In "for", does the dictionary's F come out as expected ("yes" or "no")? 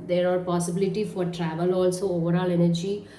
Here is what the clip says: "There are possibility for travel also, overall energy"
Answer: yes